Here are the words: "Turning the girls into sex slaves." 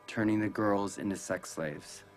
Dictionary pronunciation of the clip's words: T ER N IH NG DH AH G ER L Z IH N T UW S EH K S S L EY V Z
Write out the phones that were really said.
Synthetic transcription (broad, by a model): T ER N IH NG DH AH G ER L Z IH N T UW S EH K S S L EY V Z